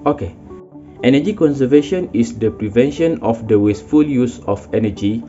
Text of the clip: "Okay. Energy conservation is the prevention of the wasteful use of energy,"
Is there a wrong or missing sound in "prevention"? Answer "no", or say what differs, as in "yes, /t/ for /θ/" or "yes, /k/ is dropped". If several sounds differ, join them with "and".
no